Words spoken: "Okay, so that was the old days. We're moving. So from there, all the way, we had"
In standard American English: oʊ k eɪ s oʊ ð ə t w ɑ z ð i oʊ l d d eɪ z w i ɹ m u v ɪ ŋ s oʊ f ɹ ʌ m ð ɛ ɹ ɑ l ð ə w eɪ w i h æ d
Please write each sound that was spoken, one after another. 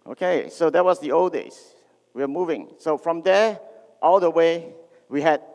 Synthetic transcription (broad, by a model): oʊ k eɪ s oʊ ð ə t w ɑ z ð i oʊ l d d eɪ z w i w m u v ɪ ŋ s oʊ f ɹ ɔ m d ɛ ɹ ɑ l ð ə w eɪ w i h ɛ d